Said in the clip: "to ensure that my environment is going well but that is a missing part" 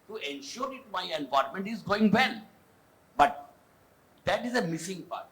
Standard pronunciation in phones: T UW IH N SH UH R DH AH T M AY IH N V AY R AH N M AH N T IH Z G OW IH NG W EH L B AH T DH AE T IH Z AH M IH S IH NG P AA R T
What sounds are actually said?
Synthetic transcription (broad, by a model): T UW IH N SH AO R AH T M AY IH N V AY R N M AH N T IH Z G OW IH NG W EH N B AH T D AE T IH Z AH M IH S IH NG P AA R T